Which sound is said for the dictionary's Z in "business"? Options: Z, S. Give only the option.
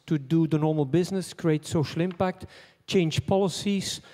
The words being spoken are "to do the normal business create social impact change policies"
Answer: Z